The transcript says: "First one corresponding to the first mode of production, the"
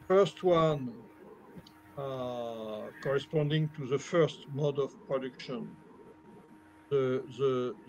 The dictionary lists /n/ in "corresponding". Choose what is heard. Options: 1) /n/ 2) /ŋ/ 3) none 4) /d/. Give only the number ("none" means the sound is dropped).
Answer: 1